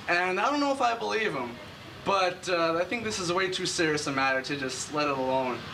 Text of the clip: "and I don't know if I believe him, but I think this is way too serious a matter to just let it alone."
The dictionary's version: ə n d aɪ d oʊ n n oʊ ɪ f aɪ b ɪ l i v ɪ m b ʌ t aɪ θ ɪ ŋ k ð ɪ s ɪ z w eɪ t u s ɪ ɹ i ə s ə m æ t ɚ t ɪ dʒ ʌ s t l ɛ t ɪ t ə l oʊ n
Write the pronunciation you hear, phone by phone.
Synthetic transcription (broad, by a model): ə n aɪ d oʊ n n oʊ ɪ f aɪ b ɪ l i v ɪ m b ʌ t aɪ θ ɪ ŋ k ð ɪ s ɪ z w eɪ t u s ɪ ɹ i ə s ə m æ t ɚ t ɪ dʒ ʌ s t l ɛ t ɪ t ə l oʊ n